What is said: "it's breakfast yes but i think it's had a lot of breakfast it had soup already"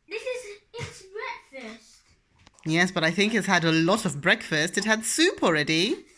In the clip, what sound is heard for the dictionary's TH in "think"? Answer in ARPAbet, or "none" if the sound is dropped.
TH